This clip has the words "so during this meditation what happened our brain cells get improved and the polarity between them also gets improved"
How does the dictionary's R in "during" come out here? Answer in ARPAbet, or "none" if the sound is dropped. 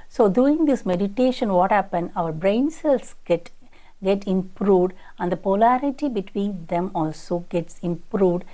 none